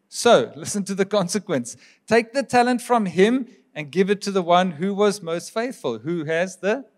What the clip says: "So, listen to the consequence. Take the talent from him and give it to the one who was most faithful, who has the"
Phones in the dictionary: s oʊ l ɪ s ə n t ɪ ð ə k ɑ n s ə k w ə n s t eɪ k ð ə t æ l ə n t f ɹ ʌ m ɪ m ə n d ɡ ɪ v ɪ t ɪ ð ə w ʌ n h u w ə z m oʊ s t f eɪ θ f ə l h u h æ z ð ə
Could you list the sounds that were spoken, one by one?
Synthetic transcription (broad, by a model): s oʊ l ɪ s ə n t ɪ ð ə k ɑ n s ə k w ə n s t eɪ k ð ə t æ l ə n t f ɹ ʌ m ɪ m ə n ɡ ɪ v ɪ t ɪ ð ə w ʌ n h u w ə z m oʊ s t f eɪ θ f ə l h u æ z ð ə